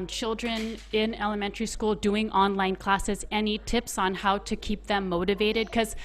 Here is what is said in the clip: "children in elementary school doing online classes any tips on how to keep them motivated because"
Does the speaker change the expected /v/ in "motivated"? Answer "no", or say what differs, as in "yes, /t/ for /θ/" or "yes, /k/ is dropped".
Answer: no